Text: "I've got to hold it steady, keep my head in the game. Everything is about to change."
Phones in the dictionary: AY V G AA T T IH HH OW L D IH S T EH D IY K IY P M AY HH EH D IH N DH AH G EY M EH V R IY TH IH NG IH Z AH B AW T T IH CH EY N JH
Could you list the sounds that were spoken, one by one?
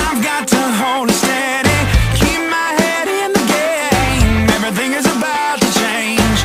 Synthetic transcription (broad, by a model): AY V G AA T T IH HH OW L S T EH D IY K IY P M AY HH EH D IH N DH AH G EY M EH V R IY TH IH NG IH Z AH B AW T T IH CH EY N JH